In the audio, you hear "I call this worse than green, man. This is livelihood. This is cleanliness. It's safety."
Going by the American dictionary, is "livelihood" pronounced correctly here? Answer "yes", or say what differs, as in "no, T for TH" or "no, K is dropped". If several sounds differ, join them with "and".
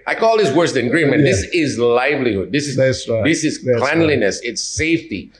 yes